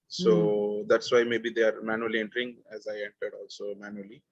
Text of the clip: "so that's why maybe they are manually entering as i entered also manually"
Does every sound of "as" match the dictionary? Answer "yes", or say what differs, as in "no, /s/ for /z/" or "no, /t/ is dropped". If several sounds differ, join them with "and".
yes